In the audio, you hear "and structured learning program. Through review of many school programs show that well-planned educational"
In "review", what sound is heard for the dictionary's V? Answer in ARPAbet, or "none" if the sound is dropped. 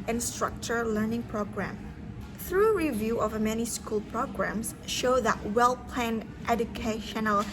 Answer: V